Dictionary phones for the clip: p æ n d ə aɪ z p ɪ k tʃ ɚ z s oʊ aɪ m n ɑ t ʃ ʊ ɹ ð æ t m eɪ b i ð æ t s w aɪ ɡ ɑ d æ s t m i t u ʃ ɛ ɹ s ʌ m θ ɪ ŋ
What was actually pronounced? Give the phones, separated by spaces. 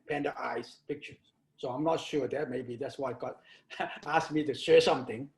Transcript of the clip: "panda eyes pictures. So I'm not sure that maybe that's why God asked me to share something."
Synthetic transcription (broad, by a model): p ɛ n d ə aɪ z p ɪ k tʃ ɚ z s oʊ aɪ m n ɑ t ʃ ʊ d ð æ t m eɪ b i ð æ t s w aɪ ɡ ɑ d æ s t m i t u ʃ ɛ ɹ s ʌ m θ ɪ ŋ